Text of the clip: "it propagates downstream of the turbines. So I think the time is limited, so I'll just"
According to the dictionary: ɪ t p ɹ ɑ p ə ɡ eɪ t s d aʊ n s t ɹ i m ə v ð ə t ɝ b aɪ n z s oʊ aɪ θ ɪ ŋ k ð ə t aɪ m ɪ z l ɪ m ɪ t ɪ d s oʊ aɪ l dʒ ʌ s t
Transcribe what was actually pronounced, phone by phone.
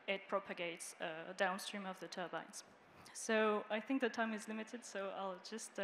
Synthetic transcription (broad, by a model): ɪ t p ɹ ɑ p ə ɡ eɪ t s d aʊ n s t ɹ i m ə v ð ə t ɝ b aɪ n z s oʊ aɪ θ ɪ ŋ k ð ə t aɪ m ɪ z l ɪ m ɪ t ɪ d s oʊ aɪ l dʒ ʌ s t